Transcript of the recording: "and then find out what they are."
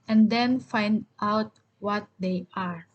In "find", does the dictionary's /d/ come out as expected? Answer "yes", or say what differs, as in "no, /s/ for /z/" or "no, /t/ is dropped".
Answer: yes